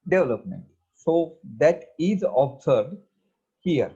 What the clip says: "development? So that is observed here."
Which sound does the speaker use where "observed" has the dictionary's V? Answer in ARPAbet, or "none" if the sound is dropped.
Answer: none